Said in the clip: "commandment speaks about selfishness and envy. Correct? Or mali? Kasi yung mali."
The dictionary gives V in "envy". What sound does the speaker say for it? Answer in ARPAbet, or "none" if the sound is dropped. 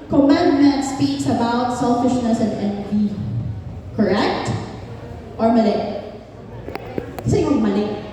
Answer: B